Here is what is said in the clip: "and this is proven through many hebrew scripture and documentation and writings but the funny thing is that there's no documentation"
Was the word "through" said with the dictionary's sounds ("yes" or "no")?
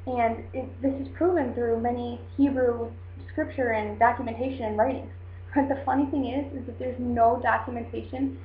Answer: yes